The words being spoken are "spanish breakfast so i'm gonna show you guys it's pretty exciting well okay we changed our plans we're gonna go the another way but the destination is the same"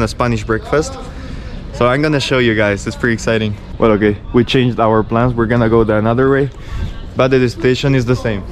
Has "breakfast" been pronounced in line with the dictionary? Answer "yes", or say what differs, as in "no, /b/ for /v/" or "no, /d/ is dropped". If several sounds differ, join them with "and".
yes